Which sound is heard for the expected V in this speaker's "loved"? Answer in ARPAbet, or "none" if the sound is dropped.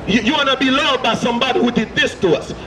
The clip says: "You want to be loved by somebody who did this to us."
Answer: none